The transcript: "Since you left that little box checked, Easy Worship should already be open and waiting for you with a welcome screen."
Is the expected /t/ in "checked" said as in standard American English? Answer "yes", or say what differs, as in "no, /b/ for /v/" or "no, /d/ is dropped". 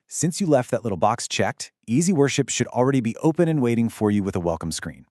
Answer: yes